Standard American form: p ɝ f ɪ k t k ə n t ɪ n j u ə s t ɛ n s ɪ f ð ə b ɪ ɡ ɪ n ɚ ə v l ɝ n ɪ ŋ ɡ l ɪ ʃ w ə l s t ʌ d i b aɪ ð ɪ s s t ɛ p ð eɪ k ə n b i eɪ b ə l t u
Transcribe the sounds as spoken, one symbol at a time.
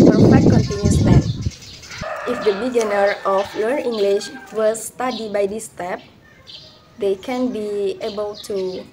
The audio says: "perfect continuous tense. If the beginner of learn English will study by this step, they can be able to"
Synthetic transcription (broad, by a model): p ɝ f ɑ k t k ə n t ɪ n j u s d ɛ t ɪ f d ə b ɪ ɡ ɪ n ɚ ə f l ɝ ɪ ŋ ɡ l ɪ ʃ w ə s t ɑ d i b aɪ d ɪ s s t ɛ p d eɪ k ə n b i eɪ b ə l t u